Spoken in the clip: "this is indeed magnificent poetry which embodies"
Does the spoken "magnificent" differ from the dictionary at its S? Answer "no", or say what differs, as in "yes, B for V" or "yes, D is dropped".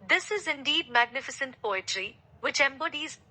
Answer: no